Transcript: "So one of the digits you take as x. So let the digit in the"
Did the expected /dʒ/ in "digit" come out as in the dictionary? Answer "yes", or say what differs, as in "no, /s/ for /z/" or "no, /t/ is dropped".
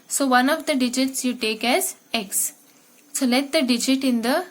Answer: yes